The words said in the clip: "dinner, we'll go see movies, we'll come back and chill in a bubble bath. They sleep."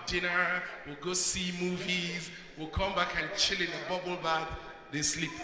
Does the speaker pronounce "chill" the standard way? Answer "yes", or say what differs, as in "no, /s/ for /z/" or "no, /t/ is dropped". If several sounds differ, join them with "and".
yes